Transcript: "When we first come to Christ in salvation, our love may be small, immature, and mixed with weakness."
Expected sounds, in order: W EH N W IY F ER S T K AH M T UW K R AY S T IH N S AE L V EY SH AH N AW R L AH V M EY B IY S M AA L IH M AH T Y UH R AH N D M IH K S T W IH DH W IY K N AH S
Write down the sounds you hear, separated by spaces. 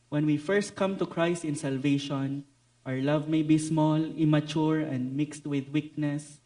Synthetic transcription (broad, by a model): W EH N W IY F ER S T K AH M T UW K R AY S T IH N S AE L V EY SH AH N AW R L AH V M EY B IY S M AA L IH M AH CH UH R AH N D M IH K S T W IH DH W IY K N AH S